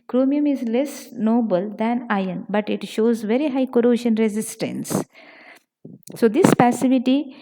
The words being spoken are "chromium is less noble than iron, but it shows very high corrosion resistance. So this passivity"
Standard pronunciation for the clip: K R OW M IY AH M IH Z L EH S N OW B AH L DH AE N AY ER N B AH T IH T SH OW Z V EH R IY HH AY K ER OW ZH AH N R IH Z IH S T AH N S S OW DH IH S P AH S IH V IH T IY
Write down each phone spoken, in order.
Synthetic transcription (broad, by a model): K R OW M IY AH M IH Z L EH S N OW B AH L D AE N AY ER N B AH T IH T SH OW Z V EH R IY HH AY K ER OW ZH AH N R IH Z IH S T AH N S S OW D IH S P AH S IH V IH T IY